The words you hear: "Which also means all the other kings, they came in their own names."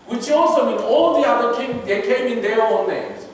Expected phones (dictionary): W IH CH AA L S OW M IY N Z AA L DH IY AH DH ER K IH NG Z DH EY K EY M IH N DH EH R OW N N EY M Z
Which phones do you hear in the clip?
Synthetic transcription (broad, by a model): W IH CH AA L S OW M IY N AA L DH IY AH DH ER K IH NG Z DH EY K EY M IH N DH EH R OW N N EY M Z